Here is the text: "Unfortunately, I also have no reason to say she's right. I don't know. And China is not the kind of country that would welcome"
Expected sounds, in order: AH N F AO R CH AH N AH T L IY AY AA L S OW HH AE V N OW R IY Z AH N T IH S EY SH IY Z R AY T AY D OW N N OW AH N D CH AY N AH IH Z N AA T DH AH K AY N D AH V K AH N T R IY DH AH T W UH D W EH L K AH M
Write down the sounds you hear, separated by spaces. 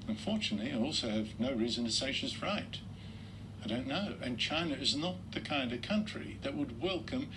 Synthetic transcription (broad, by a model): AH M F AO R CH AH N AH T L IY AY AA L S OW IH V N OW R IY Z AH N T IH S EY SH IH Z R AY T AY D OW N N OW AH N CH AY N AH IH Z N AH T DH AH K AY N D AH V K AH N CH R IY DH AH T W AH D W EH L K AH M